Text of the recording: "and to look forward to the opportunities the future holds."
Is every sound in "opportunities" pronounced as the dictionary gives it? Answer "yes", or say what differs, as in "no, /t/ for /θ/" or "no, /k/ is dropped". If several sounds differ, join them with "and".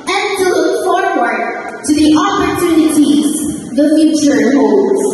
yes